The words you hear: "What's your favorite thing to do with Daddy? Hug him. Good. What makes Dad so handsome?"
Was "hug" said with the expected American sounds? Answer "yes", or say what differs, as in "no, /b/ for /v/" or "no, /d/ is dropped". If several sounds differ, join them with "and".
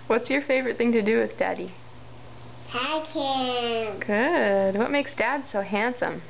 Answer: no, /ɡ/ is dropped